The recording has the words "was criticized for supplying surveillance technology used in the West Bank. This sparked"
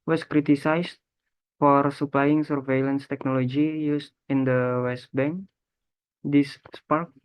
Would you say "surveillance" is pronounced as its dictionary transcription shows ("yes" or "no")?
yes